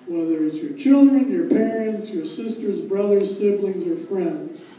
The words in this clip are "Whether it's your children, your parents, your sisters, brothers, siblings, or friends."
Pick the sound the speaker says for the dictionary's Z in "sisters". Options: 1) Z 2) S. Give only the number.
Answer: 1